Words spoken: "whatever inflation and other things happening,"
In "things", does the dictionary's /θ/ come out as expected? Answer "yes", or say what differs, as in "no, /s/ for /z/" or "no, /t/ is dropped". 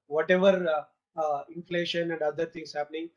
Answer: no, /t/ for /θ/